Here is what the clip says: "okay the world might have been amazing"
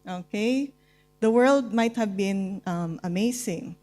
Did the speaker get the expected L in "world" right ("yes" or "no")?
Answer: yes